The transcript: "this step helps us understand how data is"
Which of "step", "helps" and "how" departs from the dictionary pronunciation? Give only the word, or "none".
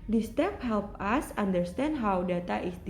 helps